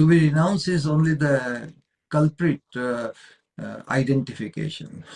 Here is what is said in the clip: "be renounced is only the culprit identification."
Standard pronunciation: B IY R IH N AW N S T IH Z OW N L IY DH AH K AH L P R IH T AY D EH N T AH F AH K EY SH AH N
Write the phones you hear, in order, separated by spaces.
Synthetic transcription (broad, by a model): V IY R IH N AW N S IH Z OW N L IY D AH K AH L P R IH T AY D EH N T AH F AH K EY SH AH N